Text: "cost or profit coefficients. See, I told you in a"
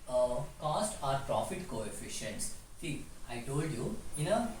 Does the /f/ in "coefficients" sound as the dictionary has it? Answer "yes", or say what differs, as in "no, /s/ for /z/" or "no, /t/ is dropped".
yes